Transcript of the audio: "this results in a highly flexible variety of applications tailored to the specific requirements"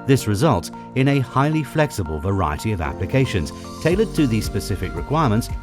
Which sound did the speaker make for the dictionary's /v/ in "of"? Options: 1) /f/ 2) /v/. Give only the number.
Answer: 2